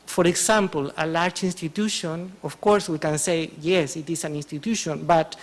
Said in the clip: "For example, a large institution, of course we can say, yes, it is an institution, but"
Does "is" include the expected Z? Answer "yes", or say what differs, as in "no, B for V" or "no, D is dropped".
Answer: no, S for Z